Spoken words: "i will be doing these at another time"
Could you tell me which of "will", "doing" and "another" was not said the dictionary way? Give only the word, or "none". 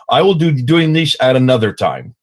none